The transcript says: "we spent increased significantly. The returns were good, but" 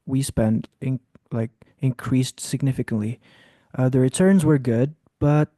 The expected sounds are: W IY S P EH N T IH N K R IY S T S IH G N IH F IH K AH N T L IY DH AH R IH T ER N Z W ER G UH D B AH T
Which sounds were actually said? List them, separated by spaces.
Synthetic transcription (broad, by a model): W IY S P EH N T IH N K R IY S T S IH G N IH F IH K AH N T L IY DH AH R IH T ER N Z W ER G UH D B AH T